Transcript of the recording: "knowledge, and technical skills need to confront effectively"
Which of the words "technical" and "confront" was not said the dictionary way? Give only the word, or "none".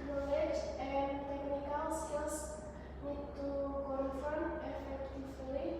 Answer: confront